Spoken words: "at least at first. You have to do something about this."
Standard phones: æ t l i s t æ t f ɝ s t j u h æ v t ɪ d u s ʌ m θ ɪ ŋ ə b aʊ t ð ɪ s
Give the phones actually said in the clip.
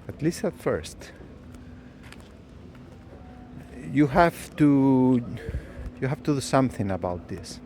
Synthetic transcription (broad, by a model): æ t l i s t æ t f ɝ s t j u h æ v t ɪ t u s ʌ m θ ɪ ŋ ə b aʊ t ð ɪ s